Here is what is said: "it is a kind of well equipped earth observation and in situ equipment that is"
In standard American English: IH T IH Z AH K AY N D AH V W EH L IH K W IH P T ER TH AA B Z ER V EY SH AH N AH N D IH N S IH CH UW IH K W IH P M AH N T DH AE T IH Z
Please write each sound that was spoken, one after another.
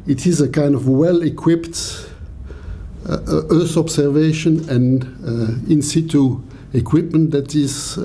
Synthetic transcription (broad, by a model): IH T IH Z AH K AY N D AH V W EH L IH K W IH P T ER TH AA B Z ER V EY SH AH N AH N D IH N S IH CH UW IH K W IH P M AH N T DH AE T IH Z